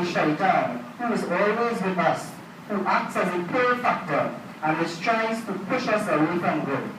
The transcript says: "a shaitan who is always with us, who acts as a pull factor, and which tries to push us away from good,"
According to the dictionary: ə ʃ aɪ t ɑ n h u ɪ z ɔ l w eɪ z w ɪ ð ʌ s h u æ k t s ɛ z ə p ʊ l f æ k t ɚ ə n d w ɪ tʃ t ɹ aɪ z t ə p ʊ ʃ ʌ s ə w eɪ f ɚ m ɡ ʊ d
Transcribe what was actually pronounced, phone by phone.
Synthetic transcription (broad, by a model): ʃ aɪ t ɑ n h u ɪ z ɔ l w eɪ z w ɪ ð ʌ s h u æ k t s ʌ z ə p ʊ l f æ k t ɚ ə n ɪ s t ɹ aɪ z t ə p ʊ ʃ ʌ s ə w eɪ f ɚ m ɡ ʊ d